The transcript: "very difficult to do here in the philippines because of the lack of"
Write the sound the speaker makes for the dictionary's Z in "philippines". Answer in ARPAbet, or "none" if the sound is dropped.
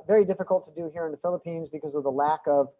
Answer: Z